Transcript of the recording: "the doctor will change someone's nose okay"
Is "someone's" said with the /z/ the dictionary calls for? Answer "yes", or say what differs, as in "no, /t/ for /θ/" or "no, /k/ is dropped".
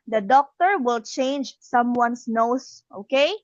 no, /s/ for /z/